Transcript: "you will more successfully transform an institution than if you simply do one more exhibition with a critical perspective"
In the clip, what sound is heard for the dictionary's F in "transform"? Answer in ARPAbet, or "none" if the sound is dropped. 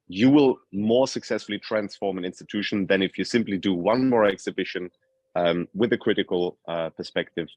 F